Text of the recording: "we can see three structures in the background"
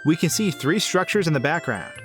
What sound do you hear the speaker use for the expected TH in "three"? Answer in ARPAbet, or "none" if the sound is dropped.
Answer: TH